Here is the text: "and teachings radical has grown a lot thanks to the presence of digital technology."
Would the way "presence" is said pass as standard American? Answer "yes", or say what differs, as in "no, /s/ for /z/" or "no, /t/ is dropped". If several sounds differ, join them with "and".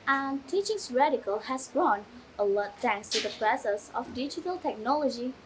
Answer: no, /s/ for /z/ and /n/ is dropped